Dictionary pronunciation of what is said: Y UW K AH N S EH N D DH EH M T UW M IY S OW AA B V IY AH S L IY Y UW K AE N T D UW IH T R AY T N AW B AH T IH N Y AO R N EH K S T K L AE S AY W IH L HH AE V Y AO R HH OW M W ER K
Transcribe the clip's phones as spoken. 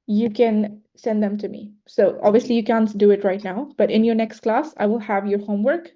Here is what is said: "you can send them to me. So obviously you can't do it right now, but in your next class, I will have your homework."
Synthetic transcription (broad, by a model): Y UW K AH N S EH N D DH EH M T UW M IY S OW AA B V IY AH S L IY Y UW K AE N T D UW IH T R AY T N AW B AH T IH N Y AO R N EH K S T K L AE S AY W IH L HH AE V Y AO R HH OW M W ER K